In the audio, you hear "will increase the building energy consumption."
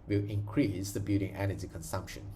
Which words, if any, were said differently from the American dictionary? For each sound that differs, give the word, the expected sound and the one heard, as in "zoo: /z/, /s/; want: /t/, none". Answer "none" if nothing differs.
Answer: building: /l/, none